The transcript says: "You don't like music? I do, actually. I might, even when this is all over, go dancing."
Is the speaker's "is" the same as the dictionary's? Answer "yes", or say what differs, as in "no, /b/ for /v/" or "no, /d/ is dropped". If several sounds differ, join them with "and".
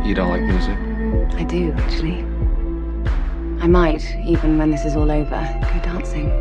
yes